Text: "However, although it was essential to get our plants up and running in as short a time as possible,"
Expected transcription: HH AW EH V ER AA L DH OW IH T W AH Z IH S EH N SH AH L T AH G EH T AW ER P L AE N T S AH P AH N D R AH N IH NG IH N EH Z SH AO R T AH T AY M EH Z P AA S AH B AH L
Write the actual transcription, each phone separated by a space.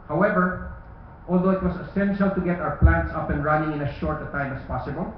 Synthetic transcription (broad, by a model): HH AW EH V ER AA L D OW IH T W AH S IH S EH N SH AH L T AH G EH T AW ER P L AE N T S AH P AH N R AH N IH NG IH N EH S SH AO R T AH T AY M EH S P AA S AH B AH L